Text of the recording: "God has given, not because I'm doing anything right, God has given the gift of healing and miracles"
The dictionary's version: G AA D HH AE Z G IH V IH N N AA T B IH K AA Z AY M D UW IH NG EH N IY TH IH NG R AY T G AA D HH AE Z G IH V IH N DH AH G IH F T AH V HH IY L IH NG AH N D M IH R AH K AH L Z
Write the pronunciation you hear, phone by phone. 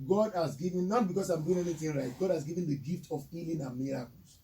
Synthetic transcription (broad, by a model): G AA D HH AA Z G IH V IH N N AA T B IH K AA S AY M D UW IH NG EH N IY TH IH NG R AY T G AA D HH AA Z G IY V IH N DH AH G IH F T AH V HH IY L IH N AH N M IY R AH K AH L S